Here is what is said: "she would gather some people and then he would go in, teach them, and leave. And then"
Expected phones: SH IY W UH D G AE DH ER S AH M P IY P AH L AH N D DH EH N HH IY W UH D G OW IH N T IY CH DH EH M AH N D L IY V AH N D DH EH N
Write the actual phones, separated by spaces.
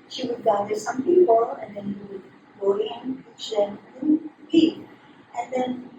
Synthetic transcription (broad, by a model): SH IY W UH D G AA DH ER S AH M P IY P AH L AH N D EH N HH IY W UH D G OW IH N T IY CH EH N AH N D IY AH N D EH N